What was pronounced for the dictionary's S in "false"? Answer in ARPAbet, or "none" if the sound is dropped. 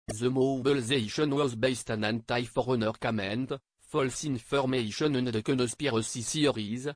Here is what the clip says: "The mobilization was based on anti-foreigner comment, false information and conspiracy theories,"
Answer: S